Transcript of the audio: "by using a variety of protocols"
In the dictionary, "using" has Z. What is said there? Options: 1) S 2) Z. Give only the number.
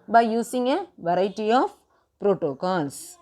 1